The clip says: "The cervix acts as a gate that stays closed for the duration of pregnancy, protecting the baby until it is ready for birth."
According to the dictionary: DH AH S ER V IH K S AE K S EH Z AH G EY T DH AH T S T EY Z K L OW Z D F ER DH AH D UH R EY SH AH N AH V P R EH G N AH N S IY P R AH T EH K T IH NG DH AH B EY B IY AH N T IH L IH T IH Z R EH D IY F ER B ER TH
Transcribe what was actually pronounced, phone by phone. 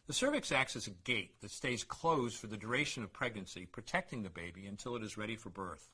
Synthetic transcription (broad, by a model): DH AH S ER V IH K S AE K S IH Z AH G EY T DH AH T S T EY Z K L OW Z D F ER DH AH D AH R EY SH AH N AH V P R EH G N AH N S IY P R AH T EH K T IH NG DH AH B EY B IY AH N T IH L IH T IH Z R EH D IY F ER B ER TH